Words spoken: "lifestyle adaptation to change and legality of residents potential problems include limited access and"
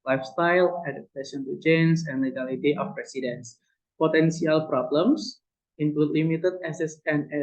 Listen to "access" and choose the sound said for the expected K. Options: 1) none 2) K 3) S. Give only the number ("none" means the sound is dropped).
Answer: 1